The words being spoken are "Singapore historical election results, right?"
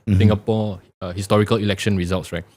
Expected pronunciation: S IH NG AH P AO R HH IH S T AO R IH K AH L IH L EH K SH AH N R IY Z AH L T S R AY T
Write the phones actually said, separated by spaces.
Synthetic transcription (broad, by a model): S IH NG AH P AO HH IH S T AO R IH K AH L IH L EH K SH AH N R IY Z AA L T S R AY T